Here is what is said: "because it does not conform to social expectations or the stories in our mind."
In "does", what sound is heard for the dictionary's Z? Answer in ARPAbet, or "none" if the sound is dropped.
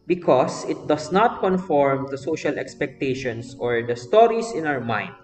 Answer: S